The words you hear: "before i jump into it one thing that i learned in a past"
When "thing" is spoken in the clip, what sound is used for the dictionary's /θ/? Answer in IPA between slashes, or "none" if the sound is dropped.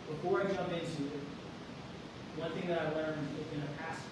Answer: /θ/